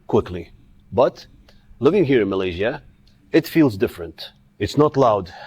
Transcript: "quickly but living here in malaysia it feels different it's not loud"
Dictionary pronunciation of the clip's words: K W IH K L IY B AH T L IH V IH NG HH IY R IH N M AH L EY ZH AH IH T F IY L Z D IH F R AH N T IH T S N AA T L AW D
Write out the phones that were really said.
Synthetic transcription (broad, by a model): K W IH K L IY B AH T L IH V IH NG HH IY R IH N M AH L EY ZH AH IH T F IY L Z D IH F R AH N T IH T S N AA T L AW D